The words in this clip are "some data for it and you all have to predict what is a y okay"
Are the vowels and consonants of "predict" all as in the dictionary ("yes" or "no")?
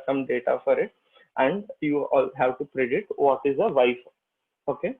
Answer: no